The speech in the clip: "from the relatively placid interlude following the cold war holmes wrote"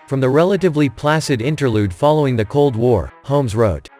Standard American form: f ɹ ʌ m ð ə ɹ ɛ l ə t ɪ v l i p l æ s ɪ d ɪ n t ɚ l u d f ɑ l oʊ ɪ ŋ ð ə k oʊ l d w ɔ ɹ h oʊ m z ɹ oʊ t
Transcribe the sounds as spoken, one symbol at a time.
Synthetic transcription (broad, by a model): f ɹ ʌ m ð ə ɹ ɛ l ə t ɪ v l i p l æ s ɪ d ɪ n t ɚ l u d f ɑ l oʊ ɪ ŋ ð ə k oʊ l d w ɔ ɹ h oʊ m z ɹ oʊ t